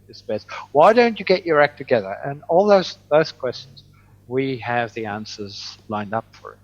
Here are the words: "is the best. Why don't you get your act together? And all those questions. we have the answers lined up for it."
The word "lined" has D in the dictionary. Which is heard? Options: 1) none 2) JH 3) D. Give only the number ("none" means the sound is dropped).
3